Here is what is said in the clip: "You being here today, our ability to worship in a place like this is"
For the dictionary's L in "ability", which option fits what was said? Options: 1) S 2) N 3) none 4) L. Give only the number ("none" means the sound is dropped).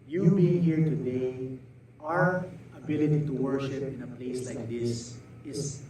4